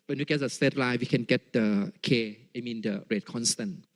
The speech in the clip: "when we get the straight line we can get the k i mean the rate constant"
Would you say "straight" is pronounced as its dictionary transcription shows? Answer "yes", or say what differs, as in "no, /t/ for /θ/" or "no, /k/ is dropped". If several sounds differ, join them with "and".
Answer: no, /ɹ/ is dropped